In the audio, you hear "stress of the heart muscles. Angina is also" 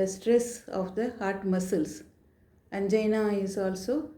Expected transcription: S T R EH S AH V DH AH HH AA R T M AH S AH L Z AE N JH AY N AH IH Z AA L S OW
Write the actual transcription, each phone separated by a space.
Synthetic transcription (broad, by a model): S T R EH S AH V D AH HH AA R T M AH S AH L S AE N JH AY N AH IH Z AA L S OW